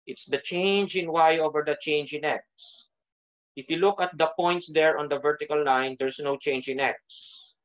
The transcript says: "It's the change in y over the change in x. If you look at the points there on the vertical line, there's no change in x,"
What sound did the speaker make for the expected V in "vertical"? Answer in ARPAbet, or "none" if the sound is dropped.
V